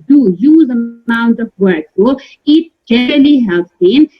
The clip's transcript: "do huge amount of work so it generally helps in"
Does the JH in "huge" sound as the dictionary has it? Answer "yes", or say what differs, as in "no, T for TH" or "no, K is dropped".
no, Z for JH